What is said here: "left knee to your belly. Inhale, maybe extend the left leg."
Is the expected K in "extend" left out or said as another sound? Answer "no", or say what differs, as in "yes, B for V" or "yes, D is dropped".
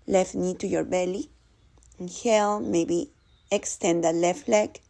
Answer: no